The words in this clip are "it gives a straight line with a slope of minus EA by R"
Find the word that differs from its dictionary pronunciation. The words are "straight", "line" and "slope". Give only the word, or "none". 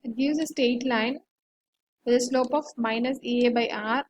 straight